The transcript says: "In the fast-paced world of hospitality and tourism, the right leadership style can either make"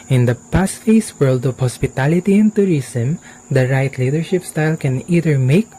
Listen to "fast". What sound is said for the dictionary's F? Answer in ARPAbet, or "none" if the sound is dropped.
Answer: P